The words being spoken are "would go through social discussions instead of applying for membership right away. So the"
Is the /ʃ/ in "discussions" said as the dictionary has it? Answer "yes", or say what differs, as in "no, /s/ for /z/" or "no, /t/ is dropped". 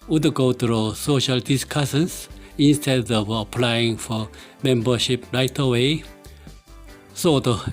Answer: no, /s/ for /ʃ/